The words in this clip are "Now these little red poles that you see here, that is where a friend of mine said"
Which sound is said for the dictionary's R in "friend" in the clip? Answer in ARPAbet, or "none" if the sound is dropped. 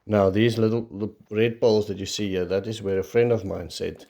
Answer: R